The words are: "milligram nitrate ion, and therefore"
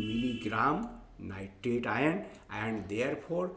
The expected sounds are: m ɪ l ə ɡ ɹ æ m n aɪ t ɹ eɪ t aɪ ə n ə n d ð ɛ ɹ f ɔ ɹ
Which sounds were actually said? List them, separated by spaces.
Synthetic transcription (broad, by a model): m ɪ l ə ɡ ɹ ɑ m n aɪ t eɪ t aɪ ə n ə n d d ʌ ɹ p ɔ ɹ